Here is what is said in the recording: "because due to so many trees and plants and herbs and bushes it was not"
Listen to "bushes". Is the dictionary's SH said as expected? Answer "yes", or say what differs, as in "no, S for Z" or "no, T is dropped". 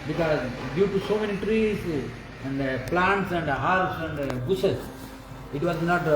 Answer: no, S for SH